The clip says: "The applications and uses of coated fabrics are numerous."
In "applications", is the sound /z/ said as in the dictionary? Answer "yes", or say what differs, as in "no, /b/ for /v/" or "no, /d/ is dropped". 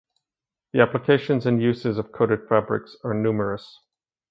yes